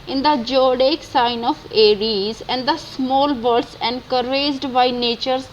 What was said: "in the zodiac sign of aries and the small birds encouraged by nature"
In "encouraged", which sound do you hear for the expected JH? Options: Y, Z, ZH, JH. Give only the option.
Z